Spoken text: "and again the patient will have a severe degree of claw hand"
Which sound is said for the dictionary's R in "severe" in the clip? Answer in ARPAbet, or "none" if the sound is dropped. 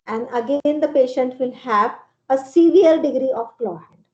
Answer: L